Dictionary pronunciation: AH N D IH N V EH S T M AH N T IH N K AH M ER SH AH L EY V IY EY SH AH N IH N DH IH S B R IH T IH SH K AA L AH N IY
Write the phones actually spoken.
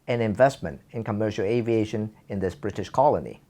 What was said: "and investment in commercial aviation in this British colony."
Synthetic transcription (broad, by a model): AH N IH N V EH S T M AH N T IH N K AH M ER SH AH L EY V IY EY SH AH N IH N DH IH S B R IH T IH SH K AA L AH N IY